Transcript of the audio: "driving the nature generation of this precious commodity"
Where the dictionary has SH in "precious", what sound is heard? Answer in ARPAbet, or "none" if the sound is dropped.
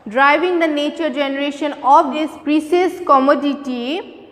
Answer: S